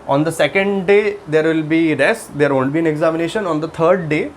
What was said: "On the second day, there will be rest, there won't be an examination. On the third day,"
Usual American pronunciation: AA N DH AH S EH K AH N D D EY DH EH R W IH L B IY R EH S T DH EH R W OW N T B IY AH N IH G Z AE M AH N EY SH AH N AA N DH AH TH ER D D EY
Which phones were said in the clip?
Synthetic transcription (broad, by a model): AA N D AH S EH K AH N D D EY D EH R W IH L B IY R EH S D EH R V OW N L B IY AH N IH G Z AE M AH N EY SH AH N AA N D AH T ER D D EY